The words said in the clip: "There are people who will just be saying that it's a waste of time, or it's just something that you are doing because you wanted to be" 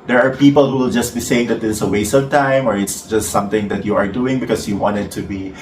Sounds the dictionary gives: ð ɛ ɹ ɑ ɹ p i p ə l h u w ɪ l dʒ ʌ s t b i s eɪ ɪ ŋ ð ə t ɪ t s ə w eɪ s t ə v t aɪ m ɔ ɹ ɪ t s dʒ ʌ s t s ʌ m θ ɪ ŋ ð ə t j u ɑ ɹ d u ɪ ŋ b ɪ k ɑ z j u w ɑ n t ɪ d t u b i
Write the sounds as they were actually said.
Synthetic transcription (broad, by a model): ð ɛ ɹ ɑ ɹ p i p ə l h u w ɪ l dʒ ʌ s t b i s eɪ ɪ ŋ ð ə t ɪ s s ə w eɪ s ə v t aɪ m ɔ ɹ ɪ t s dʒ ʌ s t s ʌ m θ ɪ ŋ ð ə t j u ɑ ɹ d u ɪ ŋ b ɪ k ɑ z j u w ɑ n t ɪ d t u b i